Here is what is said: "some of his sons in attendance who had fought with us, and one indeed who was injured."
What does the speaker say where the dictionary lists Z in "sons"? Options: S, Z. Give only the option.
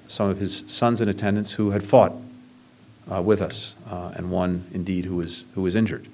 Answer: Z